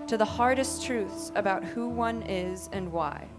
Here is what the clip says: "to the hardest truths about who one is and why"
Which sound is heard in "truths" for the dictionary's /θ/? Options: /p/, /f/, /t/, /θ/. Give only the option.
/θ/